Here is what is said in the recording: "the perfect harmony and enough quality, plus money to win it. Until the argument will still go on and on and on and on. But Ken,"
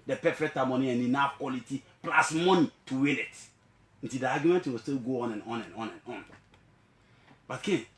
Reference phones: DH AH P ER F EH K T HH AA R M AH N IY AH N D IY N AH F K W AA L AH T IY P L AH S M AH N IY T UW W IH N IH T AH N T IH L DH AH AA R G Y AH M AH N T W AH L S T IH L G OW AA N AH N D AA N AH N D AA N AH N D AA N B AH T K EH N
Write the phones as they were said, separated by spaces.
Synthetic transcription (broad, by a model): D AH P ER F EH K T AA M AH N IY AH N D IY N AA F K W AA L AH T IY P L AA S M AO N IY T UW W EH L IH T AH N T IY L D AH AA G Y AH M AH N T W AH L S T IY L G OW AA N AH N AA N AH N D AA N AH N AA N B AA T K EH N